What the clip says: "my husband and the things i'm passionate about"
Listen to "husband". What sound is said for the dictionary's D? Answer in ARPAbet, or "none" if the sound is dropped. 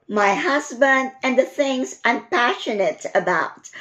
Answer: D